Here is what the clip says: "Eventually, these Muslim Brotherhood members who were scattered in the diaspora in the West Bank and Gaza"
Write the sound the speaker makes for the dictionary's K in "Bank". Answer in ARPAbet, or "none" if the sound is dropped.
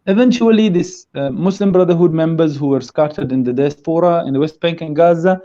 K